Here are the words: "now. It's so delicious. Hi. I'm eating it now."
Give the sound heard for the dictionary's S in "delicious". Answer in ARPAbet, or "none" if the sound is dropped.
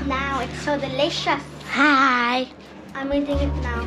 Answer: none